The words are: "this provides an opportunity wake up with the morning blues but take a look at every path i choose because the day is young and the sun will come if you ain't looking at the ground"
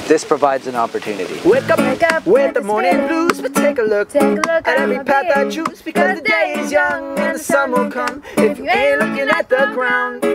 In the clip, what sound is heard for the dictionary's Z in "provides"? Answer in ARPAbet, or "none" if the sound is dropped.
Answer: Z